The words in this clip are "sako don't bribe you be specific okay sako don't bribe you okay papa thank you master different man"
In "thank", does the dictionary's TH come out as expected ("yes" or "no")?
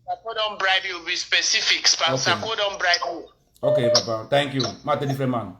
no